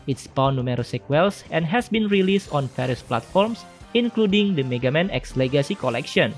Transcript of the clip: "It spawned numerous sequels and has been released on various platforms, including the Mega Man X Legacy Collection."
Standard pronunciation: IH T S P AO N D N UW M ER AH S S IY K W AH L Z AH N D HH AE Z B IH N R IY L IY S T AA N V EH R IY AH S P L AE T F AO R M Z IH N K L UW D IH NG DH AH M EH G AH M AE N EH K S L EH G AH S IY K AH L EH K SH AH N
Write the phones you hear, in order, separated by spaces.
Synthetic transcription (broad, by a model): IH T S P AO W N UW M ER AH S S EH K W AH L S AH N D HH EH S B IH N R IY L IY S T AA N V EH R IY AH S P L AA T F AO R M S IH N K L UW D IH NG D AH M EH G AH M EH N EH K S L EH G AH S IY K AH L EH K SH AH N